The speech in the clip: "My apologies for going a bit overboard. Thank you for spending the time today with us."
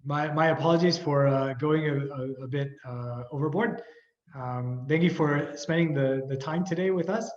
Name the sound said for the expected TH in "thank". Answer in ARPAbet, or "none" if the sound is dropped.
TH